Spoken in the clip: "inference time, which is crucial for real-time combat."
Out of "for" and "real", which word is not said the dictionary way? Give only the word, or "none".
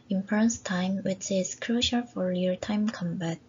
real